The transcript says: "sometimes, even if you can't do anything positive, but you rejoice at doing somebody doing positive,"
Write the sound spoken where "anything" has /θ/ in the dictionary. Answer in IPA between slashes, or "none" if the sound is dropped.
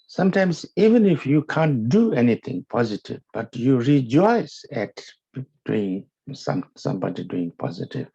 /t/